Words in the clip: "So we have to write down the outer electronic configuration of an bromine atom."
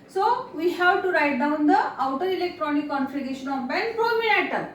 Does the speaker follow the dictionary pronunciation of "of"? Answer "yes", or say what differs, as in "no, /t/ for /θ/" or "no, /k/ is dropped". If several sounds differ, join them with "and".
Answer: no, /b/ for /v/